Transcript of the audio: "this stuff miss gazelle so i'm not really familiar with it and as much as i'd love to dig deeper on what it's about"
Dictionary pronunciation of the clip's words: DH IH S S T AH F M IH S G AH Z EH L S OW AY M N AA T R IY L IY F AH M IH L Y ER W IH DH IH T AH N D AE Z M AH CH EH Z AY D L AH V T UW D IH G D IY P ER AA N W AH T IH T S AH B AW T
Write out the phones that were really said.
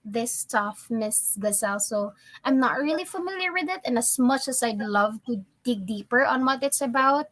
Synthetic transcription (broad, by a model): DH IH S S T AH F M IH S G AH S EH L S OW AY M N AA T R IY L IY F AH M IH L Y ER W IH DH IH T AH N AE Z M AH CH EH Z AY D L AH V T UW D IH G D IY P ER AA N W AH T IH T S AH B AW T